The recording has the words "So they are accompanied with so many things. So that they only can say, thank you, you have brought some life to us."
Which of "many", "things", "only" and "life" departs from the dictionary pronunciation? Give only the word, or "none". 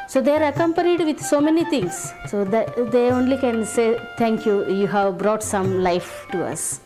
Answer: things